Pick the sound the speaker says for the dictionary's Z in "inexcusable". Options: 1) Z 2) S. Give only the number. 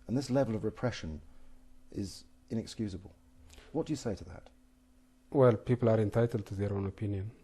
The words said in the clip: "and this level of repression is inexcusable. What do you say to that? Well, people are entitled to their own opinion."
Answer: 1